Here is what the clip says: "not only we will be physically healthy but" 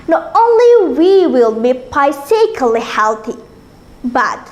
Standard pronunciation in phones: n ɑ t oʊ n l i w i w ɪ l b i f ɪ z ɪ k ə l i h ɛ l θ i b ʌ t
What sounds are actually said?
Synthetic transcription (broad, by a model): n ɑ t oʊ n l i w i w ɪ l b i p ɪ s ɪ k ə l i h ɛ l θ i b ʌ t